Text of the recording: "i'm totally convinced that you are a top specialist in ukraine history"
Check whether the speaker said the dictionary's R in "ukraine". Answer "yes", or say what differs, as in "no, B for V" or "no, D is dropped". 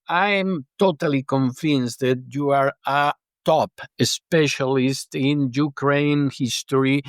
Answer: yes